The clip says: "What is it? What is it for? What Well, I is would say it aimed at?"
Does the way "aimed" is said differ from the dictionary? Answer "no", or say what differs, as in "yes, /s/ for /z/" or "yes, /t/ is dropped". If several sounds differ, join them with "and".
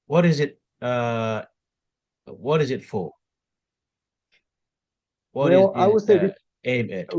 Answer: yes, /d/ is dropped